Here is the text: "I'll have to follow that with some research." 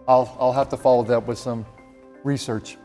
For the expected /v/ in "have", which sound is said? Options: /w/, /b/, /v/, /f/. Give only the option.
/f/